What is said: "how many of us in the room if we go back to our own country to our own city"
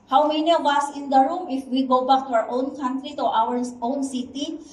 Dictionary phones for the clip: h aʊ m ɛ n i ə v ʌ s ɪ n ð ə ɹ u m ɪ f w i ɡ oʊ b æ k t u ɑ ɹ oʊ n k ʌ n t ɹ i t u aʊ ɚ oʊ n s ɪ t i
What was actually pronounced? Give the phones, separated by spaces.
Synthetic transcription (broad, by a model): h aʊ m ɛ n i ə w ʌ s ɪ n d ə ɹ u m ɪ f w i ɡ oʊ b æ k t u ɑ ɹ oʊ n k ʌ n t ɹ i t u aʊ ɚ oʊ n s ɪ t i